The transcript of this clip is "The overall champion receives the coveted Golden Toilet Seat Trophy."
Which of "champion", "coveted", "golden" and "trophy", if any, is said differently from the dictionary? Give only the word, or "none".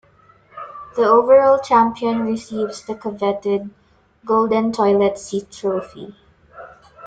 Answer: none